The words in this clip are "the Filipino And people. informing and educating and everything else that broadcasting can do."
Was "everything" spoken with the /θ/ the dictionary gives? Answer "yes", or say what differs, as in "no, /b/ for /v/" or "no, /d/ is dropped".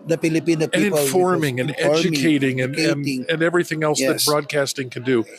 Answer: yes